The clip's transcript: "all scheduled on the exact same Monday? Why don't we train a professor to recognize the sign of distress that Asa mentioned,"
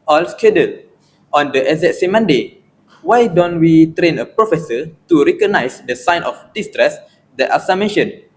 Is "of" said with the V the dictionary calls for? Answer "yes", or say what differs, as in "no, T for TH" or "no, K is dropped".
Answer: no, F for V